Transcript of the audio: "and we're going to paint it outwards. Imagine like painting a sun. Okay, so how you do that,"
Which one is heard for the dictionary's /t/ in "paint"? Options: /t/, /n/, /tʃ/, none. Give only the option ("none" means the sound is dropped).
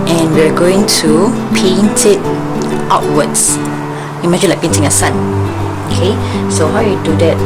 /t/